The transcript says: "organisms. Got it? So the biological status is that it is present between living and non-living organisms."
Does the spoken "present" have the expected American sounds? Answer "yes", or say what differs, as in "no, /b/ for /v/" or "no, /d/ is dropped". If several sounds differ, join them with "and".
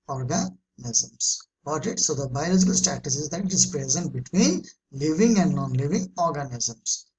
yes